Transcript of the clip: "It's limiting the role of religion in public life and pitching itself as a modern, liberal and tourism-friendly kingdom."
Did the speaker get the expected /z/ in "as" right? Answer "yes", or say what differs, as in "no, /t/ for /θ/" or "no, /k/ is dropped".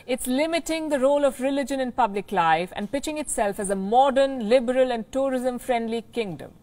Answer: yes